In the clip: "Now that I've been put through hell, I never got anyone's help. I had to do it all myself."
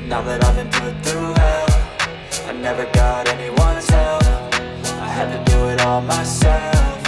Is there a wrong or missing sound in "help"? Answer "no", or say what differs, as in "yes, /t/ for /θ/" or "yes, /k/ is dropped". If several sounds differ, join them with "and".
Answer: yes, /f/ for /p/